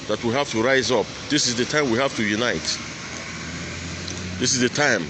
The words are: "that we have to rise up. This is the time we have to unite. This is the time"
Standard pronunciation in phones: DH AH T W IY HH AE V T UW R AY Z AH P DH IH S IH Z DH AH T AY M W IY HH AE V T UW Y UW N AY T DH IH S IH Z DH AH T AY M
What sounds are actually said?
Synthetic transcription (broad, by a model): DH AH T W IY HH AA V T UW R AY Z AH P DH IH S IH Z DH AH T AY M W IY HH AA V T UW Y UW N AY T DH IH S IH Z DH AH T AY M